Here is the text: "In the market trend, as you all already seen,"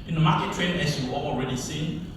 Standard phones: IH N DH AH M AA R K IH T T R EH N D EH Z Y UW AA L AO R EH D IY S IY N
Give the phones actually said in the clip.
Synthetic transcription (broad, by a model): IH N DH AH M AA K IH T T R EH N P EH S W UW AA L AO R EH D IY S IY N